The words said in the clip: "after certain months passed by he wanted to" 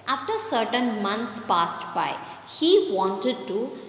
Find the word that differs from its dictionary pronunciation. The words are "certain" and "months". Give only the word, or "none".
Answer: months